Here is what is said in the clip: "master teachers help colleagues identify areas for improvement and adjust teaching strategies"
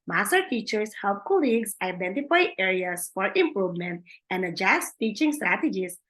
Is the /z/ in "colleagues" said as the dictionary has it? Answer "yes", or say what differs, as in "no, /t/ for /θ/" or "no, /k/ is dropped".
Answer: no, /s/ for /z/